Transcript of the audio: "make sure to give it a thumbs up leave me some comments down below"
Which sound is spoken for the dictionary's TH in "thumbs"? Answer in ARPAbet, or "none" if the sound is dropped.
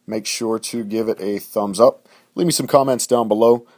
TH